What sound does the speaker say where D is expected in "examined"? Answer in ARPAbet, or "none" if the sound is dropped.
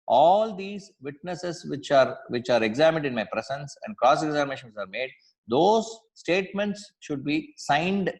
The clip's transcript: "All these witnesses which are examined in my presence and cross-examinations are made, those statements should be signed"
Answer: D